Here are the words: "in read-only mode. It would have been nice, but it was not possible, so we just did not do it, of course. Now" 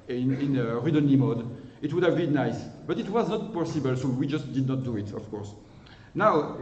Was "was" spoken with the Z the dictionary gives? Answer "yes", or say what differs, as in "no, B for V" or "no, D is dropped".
yes